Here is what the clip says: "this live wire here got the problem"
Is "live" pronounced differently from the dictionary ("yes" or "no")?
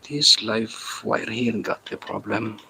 yes